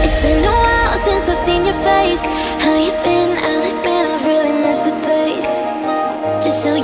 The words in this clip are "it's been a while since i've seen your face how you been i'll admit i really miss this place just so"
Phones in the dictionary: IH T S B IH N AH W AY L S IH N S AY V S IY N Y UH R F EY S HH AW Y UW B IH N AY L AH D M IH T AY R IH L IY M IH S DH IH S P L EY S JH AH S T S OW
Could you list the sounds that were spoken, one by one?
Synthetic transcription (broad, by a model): IH T S B IH N AH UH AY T S IH N S AY V S IY N Y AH R F EY S HH AW Y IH B IH N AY N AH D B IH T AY R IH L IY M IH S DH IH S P EY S JH AH S T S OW